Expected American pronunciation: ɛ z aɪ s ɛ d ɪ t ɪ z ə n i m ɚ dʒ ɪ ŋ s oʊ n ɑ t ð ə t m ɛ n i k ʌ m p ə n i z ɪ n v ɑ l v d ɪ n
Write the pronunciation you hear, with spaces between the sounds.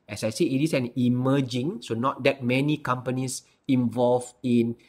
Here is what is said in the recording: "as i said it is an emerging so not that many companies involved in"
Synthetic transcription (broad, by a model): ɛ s aɪ s ɛ ɪ t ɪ s ə n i m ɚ dʒ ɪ ŋ s oʊ n ɑ t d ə t m ɛ n i k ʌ m p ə n i s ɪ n v ɑ l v ɪ n